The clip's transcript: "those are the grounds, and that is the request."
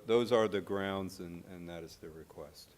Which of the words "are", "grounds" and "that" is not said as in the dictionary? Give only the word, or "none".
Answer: none